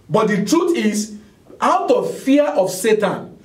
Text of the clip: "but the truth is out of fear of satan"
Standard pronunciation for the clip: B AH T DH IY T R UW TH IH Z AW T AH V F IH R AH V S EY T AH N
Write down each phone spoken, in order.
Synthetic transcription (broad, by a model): B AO T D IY T R UW T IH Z AW T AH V F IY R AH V S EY T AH N